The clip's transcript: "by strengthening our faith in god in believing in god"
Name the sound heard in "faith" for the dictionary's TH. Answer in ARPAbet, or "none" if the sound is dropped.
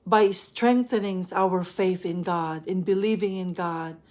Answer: TH